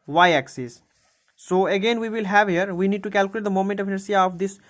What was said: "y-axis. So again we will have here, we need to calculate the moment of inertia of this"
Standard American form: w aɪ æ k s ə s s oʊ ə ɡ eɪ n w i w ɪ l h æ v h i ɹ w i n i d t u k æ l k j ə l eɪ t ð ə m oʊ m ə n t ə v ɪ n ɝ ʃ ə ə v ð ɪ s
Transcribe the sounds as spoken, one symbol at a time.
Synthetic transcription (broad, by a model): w aɪ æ k s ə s s oʊ ə ɡ eɪ n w i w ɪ l h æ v h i ɹ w i n i d t u k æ l k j l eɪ t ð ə m oʊ m ə n t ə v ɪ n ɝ s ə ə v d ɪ s